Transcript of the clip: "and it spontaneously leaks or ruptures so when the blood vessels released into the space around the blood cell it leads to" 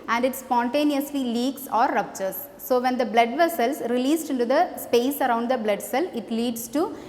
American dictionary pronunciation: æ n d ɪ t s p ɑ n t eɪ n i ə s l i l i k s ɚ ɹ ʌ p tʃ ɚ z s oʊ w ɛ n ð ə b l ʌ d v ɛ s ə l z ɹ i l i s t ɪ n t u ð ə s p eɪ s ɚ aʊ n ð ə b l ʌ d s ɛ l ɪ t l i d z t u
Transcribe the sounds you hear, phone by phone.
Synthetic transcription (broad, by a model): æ n d ɪ t s p ɑ n t eɪ n i ə s l i l i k s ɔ ɹ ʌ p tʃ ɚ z s oʊ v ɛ n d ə b l ʌ d v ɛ s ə l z ɹ i l i s t ɪ n t u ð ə s p eɪ s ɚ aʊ n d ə b l ʌ d s ɛ l ɪ t l i d s t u